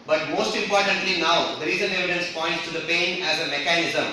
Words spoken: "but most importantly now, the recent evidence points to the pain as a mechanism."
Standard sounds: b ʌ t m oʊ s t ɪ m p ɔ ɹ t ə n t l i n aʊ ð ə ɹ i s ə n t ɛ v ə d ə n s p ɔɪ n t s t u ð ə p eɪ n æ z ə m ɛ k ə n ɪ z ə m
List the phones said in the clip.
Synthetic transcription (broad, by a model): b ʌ t m oʊ s t ɪ m p ɔ ɹ t ə n t l i n aʊ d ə ɹ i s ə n ɛ v ə d ə n s p ɔɪ n t s t u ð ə p eɪ n æ z ə m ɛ k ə n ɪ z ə m